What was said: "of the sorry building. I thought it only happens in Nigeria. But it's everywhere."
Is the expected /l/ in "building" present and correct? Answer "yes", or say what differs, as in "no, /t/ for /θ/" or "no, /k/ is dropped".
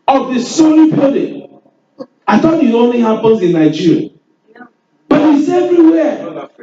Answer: no, /l/ is dropped